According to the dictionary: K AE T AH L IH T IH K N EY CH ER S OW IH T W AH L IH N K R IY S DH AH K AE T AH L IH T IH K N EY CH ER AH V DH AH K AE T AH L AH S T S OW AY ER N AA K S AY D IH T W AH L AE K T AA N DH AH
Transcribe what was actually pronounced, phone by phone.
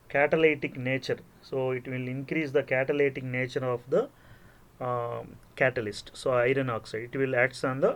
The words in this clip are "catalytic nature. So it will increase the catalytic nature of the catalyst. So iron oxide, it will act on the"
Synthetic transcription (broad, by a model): K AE T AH L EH T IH K N EY CH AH S OW IH T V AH L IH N K R IY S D AH K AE T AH L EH T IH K N EY CH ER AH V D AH K AE T AH L AH S T S OW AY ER N AA K S AY D IH T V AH L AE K T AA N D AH